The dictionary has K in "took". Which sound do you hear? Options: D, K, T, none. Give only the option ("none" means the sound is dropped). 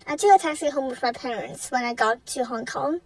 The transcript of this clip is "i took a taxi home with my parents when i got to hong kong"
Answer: none